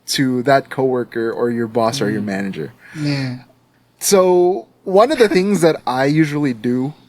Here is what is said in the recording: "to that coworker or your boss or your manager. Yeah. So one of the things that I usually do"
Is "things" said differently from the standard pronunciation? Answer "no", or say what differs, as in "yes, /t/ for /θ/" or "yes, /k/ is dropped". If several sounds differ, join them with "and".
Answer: no